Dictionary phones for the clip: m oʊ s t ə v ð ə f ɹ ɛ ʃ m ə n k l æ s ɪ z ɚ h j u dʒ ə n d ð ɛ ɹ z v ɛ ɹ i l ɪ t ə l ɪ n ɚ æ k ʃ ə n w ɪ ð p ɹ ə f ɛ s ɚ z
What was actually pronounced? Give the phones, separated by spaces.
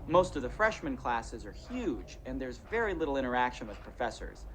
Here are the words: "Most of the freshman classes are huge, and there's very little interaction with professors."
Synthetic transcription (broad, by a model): m oʊ s t ə v ð ə f ɹ ɛ ʃ m ə n k l æ s ɪ z ɚ h j u dʒ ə n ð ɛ ɹ z v ɛ ɹ i l ɪ t l ɪ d ɚ æ k ʃ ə n w ɪ ð p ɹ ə f ɛ s ɚ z